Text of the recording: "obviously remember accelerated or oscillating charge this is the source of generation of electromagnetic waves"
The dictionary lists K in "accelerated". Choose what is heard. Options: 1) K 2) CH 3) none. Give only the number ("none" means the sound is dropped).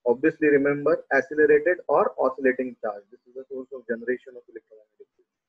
3